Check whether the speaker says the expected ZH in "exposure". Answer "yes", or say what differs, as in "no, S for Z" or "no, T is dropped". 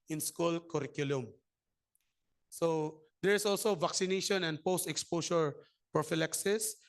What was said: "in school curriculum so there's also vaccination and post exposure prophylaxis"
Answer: no, SH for ZH